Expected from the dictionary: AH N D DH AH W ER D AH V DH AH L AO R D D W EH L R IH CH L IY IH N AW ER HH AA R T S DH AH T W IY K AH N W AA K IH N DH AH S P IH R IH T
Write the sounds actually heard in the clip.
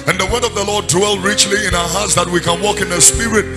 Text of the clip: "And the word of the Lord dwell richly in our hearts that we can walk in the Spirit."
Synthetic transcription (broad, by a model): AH N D DH AH W ER D AH V DH AH L AO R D D W EH L R IH CH L IY IH N AW ER HH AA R T S DH AH T W IY K AH N W AA K IH N DH AH S P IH R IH T